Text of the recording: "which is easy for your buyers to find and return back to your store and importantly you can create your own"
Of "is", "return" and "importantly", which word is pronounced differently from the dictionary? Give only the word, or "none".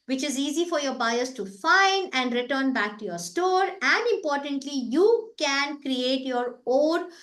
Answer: none